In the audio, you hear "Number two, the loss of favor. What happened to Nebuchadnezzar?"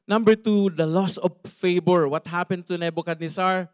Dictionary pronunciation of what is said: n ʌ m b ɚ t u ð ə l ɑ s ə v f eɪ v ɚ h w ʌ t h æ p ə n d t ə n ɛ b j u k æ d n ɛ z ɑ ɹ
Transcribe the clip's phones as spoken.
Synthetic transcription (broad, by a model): n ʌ m b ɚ t u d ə l ɑ s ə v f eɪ b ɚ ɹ w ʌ t h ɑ p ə n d t ə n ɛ b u k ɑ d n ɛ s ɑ ɹ